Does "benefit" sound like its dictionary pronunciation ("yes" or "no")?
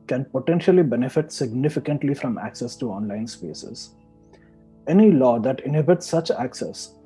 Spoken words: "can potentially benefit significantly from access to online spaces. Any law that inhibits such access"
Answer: yes